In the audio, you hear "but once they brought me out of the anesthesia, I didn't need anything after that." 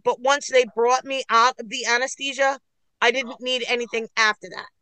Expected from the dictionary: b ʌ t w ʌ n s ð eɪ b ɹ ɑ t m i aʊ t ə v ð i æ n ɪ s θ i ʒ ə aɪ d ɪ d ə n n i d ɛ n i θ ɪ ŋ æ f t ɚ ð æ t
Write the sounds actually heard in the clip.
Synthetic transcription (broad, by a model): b ʌ t w ʌ n s ð eɪ b ɹ ɑ t m i aʊ t ə v ð i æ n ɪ s t i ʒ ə aɪ d ɪ d n n i d ɛ n i θ ɪ ŋ æ f t ɚ ð æ t